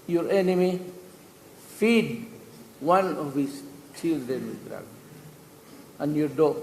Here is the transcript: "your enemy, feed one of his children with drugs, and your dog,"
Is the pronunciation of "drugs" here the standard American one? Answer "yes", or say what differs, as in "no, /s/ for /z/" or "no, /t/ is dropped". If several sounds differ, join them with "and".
no, /z/ is dropped